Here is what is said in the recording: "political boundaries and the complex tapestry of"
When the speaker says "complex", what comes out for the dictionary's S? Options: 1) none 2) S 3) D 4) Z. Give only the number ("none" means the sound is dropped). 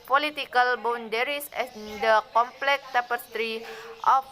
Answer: 1